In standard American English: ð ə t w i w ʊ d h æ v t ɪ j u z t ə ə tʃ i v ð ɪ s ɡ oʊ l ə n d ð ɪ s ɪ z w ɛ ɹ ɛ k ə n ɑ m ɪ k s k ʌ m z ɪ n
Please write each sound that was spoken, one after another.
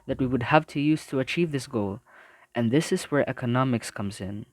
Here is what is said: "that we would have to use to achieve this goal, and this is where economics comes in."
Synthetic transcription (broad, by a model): ð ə t w i w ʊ d h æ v t ɪ j u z t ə ə tʃ i v ð ɪ s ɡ oʊ l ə n ð ɪ s ɪ z w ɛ ɹ ɛ k ə n ɑ m ɪ k s k ʌ m z ɪ n